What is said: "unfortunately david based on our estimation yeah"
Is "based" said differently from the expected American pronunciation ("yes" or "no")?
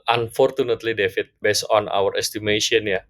yes